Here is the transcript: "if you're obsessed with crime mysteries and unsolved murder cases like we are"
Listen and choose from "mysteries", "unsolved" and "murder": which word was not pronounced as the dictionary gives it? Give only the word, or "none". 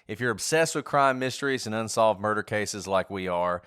none